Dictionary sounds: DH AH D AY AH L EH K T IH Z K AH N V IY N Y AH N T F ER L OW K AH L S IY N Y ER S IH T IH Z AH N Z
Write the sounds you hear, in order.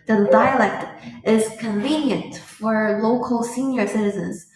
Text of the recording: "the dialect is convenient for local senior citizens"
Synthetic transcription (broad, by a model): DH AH D AY AH L EH K T IH Z K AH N V IY N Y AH N T F ER L OW K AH L S IY N Y ER S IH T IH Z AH N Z